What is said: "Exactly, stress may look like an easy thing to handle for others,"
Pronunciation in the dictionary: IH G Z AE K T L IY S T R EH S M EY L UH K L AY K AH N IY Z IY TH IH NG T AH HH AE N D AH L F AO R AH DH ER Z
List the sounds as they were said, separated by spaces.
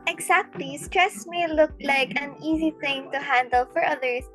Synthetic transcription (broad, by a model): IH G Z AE K T L IY S T R EH S M EY L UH K L AY K AH N IY Z IY TH IH NG T AH HH AE N D AH L F AO R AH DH ER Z